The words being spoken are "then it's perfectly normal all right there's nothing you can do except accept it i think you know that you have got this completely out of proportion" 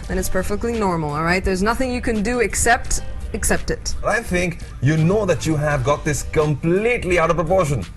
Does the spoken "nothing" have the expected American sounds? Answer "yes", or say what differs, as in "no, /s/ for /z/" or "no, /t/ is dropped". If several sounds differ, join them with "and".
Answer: yes